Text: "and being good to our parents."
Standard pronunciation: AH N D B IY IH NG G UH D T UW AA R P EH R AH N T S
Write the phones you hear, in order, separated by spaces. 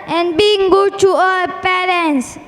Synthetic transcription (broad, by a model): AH N B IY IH NG G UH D T UW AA L P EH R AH N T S